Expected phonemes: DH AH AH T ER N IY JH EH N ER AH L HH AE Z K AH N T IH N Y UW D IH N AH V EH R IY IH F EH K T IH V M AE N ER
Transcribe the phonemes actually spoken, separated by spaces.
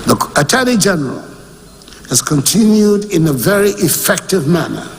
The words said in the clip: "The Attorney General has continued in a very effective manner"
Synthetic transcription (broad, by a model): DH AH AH T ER L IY JH EH N ER AH L HH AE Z K AH N T IH N Y UW D IH N AH V EH R IY IH F EH K T IH V M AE N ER